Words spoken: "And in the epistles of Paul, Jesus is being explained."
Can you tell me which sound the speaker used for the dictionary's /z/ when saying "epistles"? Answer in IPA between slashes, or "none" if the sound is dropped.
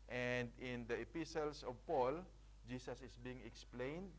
/s/